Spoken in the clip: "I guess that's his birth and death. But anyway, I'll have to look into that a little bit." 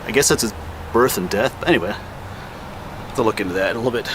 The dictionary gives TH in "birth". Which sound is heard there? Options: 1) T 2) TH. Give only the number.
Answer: 2